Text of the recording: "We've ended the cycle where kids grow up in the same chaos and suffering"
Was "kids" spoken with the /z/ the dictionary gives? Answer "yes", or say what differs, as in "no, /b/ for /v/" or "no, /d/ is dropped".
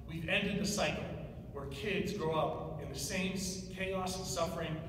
yes